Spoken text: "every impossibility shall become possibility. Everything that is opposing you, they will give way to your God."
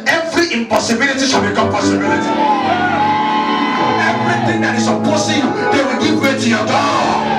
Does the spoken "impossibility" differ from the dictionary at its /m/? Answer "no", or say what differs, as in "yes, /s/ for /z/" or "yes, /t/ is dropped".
no